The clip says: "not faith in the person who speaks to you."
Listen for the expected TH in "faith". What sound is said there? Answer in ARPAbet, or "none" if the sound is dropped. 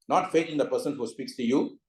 T